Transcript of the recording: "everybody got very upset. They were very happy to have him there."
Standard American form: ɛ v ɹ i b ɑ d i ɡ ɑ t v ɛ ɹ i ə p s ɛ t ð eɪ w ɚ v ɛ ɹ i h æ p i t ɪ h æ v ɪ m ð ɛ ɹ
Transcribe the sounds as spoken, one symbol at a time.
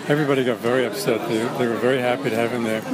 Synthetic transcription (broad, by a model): ɛ v ɹ i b ɑ d i ɡ ɑ t v ɛ ɹ i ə p s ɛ t ð eɪ w ɚ v ɛ ɹ i h æ p i t ɪ h æ v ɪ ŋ ð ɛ ɹ